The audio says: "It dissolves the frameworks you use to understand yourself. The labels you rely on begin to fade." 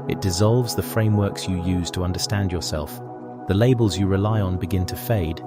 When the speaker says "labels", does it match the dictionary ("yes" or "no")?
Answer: yes